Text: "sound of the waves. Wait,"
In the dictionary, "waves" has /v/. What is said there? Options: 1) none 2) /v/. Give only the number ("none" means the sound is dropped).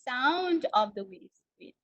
1